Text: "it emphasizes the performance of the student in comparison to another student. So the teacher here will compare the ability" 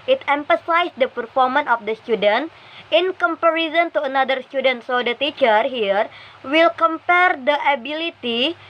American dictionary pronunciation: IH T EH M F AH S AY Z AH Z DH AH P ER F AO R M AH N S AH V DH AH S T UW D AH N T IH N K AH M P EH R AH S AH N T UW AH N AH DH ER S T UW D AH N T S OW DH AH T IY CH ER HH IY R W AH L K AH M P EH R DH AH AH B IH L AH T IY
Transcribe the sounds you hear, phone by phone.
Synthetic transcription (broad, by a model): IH T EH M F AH S AY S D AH P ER F AO R M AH N AH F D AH S T UW D AH N T IH N K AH M P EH R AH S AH N T UW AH N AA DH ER S T UW D AH N T S OW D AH T IY CH ER HH IY R W AH L K AH M P EH R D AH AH B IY L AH T IY